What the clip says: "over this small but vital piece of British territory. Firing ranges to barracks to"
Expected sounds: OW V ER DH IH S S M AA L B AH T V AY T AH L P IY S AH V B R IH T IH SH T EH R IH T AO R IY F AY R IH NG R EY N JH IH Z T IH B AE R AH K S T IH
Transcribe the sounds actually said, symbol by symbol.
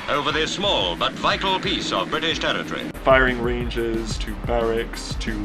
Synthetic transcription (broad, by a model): OW V ER DH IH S S M AA L B AH T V AY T L P IY S AH V B R IH T IH SH T EH R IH T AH R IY F AY R IH NG R EY N JH IH Z T IH B AE R AH K S T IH